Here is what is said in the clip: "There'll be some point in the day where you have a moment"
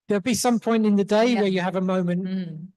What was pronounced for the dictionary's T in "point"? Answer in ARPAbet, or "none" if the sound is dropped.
T